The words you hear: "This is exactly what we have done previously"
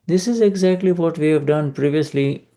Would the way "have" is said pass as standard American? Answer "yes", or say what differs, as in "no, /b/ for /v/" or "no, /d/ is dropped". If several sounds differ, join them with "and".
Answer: yes